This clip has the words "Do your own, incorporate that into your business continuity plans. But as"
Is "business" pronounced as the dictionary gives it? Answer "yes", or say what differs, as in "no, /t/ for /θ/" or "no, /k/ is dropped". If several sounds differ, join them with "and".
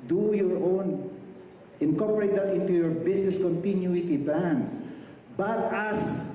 no, /s/ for /z/